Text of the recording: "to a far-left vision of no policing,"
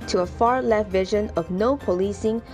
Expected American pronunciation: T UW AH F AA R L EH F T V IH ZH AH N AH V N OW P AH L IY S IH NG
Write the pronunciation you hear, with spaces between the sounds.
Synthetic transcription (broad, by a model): T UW AH F AA R L EH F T V IH ZH AH N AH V N OW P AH L IY S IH NG